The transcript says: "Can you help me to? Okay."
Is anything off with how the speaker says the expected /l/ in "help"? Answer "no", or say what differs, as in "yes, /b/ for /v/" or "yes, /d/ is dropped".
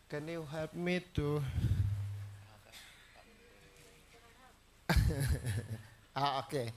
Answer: yes, /l/ is dropped